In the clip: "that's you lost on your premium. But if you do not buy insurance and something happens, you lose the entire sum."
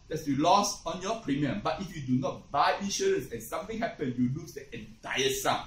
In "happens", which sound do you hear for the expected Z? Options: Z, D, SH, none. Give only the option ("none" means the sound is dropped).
none